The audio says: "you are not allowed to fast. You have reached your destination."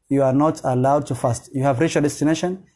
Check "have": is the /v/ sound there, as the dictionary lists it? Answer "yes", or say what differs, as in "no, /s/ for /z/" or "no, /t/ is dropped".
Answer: yes